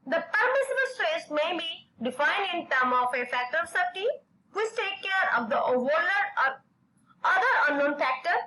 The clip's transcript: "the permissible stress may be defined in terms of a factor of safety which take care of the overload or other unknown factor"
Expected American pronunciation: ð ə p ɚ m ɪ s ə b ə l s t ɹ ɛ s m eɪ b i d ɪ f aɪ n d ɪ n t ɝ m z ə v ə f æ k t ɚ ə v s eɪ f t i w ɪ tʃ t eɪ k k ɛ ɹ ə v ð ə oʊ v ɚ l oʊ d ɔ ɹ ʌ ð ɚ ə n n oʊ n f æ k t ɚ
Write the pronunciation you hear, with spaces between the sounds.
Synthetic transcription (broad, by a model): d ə p ɚ m ɪ s ə b ə l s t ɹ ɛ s m eɪ b i d ɪ f aɪ n d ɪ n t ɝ m ə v ə f æ k t ɚ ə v s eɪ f t i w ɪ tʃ t eɪ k k ɛ ɹ ə v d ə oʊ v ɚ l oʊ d ɔ ɹ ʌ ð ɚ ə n n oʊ n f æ k t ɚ